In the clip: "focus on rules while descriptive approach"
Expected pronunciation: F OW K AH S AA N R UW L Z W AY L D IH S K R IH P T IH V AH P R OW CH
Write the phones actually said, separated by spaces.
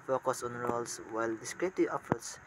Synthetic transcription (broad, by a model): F OW K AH S AA N R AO L S W AY L D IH S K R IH T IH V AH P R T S